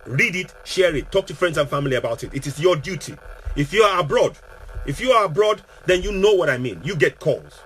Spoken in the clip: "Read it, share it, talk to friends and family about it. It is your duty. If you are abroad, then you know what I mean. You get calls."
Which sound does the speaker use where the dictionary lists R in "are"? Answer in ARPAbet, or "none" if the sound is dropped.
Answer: R